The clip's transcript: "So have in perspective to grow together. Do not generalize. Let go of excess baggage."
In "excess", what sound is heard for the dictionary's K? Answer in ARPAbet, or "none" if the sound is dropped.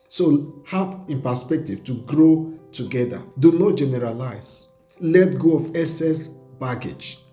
none